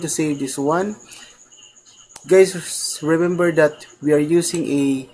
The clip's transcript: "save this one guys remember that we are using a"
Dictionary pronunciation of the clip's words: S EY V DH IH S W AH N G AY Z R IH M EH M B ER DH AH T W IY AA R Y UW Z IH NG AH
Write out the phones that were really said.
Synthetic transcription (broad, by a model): S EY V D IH S W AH N G AY S R IH M EH M B ER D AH T W IY AA R Y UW S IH NG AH